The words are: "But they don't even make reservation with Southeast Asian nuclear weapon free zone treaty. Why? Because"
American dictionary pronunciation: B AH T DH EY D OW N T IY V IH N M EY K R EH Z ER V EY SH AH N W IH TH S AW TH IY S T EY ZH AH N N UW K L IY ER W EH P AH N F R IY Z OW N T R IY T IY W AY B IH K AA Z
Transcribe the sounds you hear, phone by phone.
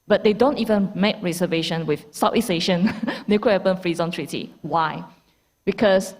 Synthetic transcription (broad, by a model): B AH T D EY D OW N T IY V IH N M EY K R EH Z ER V EY SH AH N W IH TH S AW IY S EY SH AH N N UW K IY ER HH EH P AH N F R IY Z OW N T R IY T IY W AY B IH K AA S